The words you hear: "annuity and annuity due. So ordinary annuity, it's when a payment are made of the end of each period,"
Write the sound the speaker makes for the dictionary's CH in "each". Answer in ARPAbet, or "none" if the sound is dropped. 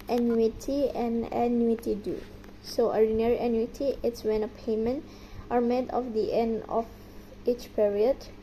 CH